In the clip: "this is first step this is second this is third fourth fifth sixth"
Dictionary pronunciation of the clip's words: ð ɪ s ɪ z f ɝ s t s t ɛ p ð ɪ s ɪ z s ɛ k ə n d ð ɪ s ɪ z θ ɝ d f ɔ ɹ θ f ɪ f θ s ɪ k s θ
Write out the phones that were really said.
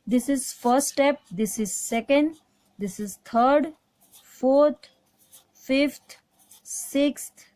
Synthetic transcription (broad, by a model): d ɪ s ɪ z f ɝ t s t ɛ p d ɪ s ɪ z s ɛ k ə n d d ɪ s ɪ z t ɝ d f ɔ ɹ t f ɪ f t s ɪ k s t